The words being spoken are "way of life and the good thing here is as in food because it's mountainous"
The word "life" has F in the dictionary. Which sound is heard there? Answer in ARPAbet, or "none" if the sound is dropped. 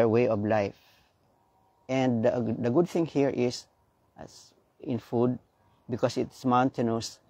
F